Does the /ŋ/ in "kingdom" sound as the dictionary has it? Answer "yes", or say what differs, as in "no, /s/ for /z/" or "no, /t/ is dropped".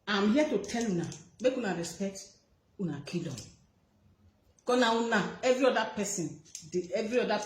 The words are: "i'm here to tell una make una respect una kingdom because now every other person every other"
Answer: no, /ŋ/ is dropped